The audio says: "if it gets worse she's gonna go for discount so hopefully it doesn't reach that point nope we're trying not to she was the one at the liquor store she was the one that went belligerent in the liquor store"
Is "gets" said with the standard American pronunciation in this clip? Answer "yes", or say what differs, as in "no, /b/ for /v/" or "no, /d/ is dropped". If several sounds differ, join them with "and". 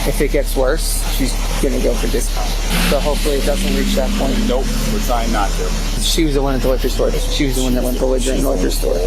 yes